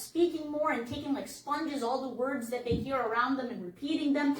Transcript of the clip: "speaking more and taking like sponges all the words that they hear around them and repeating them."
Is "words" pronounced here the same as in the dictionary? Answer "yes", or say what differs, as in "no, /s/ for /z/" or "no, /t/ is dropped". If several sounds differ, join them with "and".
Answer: yes